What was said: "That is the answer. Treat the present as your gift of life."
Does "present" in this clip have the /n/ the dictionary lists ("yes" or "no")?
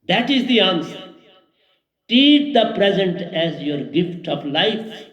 yes